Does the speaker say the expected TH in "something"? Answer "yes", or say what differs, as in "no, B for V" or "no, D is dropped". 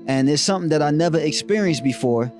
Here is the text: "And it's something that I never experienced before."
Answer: yes